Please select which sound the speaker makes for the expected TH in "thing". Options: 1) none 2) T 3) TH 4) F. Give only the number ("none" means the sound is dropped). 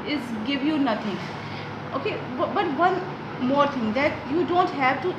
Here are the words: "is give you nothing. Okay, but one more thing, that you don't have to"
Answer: 2